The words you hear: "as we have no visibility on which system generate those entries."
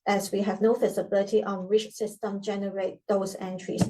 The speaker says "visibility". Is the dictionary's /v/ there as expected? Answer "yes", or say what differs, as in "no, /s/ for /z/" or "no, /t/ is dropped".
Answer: no, /f/ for /v/